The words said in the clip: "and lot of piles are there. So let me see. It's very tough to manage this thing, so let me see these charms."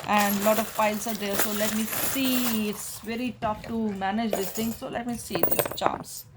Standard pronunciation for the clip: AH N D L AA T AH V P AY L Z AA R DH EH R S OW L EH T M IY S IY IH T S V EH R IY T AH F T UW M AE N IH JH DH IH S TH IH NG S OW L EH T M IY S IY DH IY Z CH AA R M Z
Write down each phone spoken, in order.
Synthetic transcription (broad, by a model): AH N D L AA T AH V F AY L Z AA R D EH R S OW L EH T M IY S IY IH T S V EH R IY T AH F T UW M AE N IH JH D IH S T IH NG S OW L EH T M IY S IY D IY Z CH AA M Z